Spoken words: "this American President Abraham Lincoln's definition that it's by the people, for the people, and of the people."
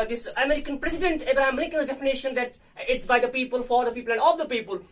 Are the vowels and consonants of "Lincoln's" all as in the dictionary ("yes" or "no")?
no